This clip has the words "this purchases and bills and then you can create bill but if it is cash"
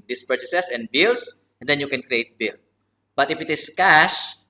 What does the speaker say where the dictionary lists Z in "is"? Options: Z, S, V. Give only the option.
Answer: S